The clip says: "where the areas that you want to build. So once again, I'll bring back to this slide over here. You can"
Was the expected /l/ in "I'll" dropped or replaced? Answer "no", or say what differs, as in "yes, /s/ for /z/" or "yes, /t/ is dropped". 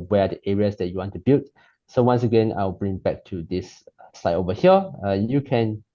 yes, /w/ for /l/